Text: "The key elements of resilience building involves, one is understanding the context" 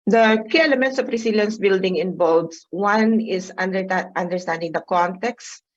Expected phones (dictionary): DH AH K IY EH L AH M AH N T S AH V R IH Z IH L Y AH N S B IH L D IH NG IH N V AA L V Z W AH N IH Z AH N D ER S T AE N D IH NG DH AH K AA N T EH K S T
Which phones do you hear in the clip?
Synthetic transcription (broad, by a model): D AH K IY EH L AH M AH N T S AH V R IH S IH L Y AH N S B IH L D IH NG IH N B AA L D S W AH N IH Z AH N D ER S T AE N D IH NG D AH K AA N T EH K S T